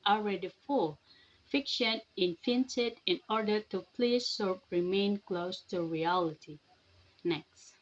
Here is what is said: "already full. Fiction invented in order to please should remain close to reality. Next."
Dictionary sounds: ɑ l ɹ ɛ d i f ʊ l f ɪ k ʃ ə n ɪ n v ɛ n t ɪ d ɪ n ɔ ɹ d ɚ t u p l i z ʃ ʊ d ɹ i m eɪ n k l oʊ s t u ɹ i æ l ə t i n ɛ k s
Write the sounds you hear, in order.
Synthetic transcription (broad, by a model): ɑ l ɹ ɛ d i f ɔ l f ɪ k ʃ ə n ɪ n f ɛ n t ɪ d ɪ n ɔ ɹ d ɚ t u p l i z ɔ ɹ ɹ i m eɪ n k l oʊ s t u ɹ i æ l ə t i n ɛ k s